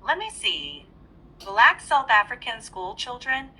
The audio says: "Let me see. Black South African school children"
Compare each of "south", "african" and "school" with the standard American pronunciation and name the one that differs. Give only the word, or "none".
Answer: none